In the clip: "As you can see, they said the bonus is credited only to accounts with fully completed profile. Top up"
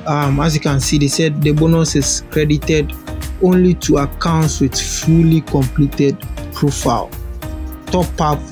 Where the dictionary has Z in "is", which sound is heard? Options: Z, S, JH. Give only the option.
S